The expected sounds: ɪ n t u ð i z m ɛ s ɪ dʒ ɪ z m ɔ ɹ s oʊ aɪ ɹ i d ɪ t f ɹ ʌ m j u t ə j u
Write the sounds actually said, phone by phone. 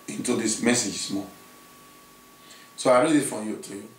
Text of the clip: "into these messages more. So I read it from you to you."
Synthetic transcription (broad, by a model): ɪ n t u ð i s m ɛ s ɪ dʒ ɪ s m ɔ s oʊ aɪ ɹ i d ɪ t f ɹ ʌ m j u t ə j